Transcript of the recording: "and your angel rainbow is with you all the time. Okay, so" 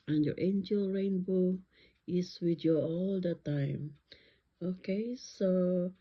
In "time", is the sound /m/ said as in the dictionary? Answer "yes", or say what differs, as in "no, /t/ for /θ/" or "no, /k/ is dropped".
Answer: yes